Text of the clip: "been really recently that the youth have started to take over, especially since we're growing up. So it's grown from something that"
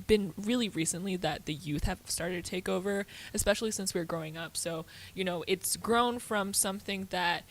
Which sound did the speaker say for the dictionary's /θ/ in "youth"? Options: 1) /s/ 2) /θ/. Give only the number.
2